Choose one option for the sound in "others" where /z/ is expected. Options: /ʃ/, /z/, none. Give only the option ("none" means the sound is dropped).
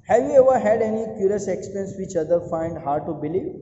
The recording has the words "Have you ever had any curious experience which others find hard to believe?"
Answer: none